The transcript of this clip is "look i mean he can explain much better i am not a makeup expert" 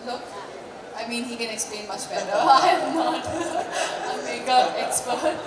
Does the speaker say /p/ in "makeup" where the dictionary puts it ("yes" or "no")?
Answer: no